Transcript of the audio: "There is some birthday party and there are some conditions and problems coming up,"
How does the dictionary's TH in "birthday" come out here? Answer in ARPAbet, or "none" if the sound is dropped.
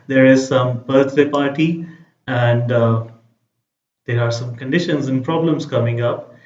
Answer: T